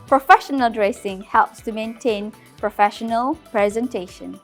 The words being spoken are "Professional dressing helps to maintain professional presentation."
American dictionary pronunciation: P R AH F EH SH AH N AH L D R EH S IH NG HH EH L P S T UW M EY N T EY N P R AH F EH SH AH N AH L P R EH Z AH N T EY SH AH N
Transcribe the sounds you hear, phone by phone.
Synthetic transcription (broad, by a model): P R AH F EH SH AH N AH L D R EH S IH NG HH EH L P S T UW M EY N T EY N P R AH F EH SH AH N AH L P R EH Z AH N T EY SH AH N